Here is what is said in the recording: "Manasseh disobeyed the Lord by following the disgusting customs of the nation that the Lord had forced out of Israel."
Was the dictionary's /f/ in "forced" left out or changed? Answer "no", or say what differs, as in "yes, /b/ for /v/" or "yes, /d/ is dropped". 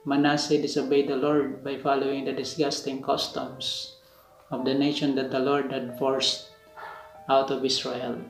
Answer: no